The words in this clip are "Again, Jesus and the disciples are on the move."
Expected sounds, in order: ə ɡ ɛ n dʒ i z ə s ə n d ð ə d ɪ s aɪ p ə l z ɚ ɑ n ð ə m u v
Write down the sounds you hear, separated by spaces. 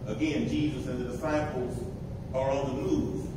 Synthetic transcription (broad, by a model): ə ɡ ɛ n dʒ i z ə s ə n ð ə d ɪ s aɪ p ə l z ɚ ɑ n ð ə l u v